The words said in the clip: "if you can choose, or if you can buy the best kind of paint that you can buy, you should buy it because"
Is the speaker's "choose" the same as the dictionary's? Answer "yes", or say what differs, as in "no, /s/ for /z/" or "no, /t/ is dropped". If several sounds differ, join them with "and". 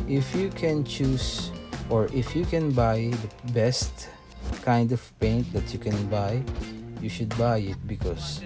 no, /s/ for /z/